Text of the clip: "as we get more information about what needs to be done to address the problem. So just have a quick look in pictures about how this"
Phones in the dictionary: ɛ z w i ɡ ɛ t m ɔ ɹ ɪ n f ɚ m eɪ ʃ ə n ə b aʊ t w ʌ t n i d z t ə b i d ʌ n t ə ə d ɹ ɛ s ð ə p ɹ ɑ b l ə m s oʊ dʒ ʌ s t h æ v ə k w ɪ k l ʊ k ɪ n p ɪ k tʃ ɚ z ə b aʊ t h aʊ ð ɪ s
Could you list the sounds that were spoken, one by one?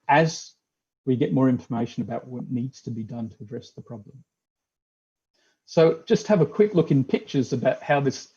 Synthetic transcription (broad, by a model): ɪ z w i ɡ ɛ t m ɔ ɹ ɪ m f ɚ m eɪ ʃ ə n ə b aʊ t w ʌ t n i d z t ə b i d ʌ n t ə ə d ɹ ɛ s ð ə p ɹ ɑ b l ə m s oʊ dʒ ʌ s t h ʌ v ə k w ɪ k l ʊ k ɪ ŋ p ɪ k tʃ ɚ z ə b aʊ t h aʊ ð ɪ s